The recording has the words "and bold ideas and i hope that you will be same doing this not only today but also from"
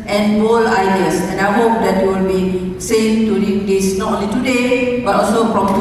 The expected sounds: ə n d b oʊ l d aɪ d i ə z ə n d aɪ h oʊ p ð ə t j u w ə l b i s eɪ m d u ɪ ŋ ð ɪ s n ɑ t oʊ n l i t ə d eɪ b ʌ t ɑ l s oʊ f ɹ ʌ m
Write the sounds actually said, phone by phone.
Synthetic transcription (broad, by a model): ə n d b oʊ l aɪ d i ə s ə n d aɪ h oʊ p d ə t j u w ə l b i s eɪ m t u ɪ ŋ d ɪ s n ɑ t oʊ n l i t ə d eɪ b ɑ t ɑ l s oʊ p ɹ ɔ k